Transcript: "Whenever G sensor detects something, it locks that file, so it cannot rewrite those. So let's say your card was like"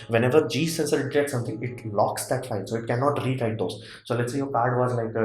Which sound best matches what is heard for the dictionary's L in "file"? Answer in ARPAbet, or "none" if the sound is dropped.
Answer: N